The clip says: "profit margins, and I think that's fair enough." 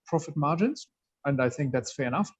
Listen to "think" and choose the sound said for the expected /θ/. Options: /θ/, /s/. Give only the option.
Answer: /θ/